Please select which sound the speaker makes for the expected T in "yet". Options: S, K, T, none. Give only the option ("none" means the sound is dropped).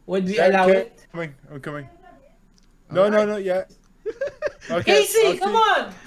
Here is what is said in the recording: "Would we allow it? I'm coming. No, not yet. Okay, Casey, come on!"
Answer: none